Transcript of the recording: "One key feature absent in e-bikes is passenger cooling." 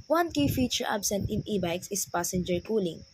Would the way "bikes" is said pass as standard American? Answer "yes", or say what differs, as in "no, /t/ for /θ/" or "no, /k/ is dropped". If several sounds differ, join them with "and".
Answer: yes